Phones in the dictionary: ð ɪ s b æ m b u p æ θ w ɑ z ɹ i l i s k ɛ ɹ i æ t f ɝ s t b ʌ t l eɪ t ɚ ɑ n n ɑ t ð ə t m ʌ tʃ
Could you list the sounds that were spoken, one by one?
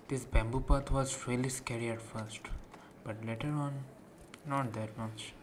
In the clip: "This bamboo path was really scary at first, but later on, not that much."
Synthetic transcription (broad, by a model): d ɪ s b æ m b u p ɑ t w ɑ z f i l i s k ɛ ɹ i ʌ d f ɝ s t b ʌ t l eɪ t ɚ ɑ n n ɑ t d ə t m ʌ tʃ